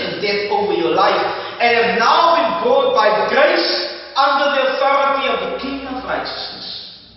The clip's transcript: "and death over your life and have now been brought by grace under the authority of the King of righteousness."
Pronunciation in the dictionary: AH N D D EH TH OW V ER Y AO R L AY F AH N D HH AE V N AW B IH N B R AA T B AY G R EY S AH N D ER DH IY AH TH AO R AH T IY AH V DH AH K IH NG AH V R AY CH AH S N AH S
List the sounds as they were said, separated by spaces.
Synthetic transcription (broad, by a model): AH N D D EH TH OW V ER Y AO L AY F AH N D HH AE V N AW B IH N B AA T B AY G R EY S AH N D ER DH IY AH TH AO R AH T IY AH V DH AH K IH NG AH V R AY CH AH S N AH S